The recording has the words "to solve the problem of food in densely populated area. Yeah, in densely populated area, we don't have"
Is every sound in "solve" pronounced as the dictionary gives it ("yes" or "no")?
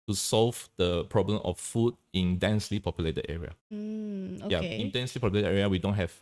yes